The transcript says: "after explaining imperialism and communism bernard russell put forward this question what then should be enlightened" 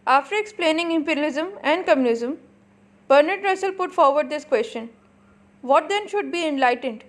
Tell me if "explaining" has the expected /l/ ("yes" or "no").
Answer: yes